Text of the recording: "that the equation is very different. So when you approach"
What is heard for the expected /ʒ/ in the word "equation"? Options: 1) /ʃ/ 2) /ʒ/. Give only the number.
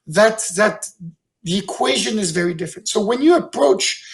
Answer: 2